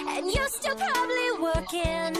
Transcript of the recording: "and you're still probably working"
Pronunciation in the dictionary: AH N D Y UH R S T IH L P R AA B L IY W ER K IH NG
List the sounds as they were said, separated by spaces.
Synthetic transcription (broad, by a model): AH N Y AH R S T IH L P R AA B L IY W ER K IH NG